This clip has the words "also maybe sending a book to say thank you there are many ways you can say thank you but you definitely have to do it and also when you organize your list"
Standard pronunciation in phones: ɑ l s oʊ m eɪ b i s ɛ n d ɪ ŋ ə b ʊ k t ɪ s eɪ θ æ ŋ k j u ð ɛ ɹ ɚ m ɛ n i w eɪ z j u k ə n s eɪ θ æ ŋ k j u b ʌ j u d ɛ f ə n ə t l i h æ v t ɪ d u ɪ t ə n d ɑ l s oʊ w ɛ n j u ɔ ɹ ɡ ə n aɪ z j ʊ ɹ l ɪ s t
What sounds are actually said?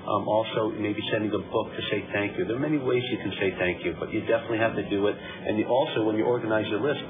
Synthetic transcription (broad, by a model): ɑ l s oʊ m eɪ b i s ɛ n d ɪ ŋ ə b ʊ k t ɪ s eɪ θ æ ŋ k j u ð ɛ ɹ m ɛ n i w eɪ z j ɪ k n s eɪ θ æ ŋ k j u b ʌ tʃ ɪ d ɛ f ə n ə t l i h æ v t ɪ d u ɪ t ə n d ɑ l s oʊ w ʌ n j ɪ ɔ ɹ ɡ ə n aɪ z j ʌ l ɪ s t